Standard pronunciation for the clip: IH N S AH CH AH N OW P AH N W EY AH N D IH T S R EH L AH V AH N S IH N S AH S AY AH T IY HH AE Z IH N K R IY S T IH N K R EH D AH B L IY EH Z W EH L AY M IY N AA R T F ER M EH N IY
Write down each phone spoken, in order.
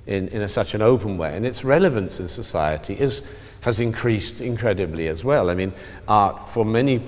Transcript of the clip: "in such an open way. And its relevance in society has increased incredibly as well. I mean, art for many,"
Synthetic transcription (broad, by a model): IH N S AH CH AH N OW P AH N W EY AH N IH T S R EH L AH V AH N S IH N S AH S AY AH T IY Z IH Z IH N K R IY S T IH N K R EH D AH B L IY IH Z W EH L AY M IY N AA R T F ER M EH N IY